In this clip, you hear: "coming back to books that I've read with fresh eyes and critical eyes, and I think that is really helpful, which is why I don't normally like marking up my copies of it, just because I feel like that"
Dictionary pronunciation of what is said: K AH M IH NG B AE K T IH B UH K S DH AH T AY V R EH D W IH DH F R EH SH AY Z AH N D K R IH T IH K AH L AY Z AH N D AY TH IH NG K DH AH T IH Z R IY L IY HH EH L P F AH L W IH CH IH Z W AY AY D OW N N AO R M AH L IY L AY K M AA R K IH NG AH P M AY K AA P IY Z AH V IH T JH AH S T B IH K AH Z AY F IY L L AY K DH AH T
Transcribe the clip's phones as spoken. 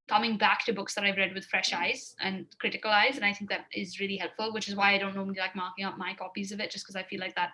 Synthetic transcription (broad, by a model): K AH M IH NG B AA K T IH B UH K S DH AH T AY V R EH D W IH DH F R EH SH AY Z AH N K R IH T IH K AH L AY Z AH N AY TH IH NG K DH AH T IH Z R IY L IY HH EH L P F AH L W IH CH IH Z W AY AY D OW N N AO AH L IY L AY K M AA R K IH NG AH P M AY K AA P IY Z AH V IH T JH AH S K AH Z AY F IY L L AY K DH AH T